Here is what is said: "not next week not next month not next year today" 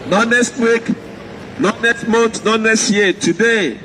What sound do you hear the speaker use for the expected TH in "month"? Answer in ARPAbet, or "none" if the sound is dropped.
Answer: T